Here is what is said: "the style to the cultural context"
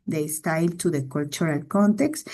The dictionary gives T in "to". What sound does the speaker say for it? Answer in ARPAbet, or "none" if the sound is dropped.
T